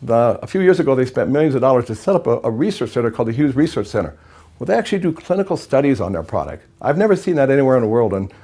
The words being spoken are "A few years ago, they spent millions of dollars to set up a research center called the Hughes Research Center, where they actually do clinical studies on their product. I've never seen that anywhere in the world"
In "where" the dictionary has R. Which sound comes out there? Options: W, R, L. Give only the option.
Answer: L